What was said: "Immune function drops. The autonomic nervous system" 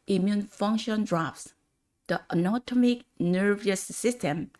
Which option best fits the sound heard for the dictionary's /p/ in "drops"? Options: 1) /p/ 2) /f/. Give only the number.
2